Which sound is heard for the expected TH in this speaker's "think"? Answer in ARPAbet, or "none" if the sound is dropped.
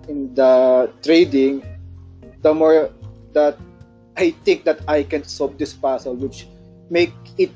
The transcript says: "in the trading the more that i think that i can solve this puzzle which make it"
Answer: T